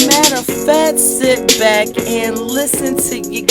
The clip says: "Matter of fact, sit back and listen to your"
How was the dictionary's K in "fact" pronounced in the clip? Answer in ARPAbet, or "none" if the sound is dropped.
none